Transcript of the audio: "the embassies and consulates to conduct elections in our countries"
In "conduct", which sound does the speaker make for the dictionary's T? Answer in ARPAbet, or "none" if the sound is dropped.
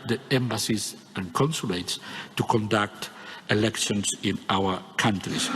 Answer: T